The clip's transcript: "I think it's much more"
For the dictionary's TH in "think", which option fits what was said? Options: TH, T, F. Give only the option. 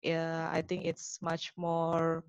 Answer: T